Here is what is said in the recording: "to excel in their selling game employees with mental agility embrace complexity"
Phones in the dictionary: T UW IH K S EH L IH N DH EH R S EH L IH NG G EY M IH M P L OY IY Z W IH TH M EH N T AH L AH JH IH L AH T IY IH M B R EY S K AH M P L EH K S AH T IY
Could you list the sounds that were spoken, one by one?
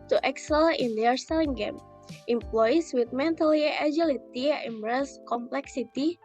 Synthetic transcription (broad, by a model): T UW IH K S EH L IH N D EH R S EH L IH NG G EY M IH M P L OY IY S W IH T M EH N T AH L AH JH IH L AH T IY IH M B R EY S K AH M P L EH K S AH T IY